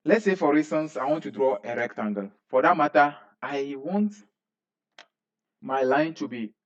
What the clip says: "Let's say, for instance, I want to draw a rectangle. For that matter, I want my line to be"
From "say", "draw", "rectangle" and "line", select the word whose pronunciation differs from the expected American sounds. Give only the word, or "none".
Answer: none